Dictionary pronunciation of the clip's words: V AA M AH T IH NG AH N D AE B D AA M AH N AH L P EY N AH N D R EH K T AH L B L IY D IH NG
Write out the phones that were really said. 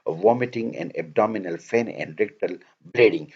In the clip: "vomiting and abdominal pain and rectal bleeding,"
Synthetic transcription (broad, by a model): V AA M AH T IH NG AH N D AE B D AA M AH N AH L F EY N AH N D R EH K T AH L B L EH D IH NG